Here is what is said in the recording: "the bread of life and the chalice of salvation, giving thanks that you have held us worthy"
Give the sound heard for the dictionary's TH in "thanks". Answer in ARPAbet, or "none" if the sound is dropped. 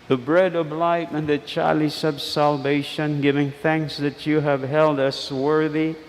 TH